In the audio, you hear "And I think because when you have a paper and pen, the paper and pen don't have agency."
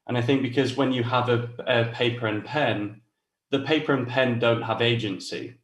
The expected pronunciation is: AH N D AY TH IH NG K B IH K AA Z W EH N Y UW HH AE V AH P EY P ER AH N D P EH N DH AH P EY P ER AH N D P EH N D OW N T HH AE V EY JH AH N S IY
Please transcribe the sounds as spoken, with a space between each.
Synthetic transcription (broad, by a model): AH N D AY TH IH NG K B IH K AA Z W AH N Y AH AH V AH P EY P ER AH N P EH N DH AH P EY P ER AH N P EH N D OW N T HH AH V EY JH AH N S IY